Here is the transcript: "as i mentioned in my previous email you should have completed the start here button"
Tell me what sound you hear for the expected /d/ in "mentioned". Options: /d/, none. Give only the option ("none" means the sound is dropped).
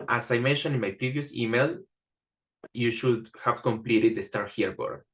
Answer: none